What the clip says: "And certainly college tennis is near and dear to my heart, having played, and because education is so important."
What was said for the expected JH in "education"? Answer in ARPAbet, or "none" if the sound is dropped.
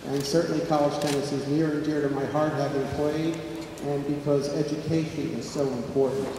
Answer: JH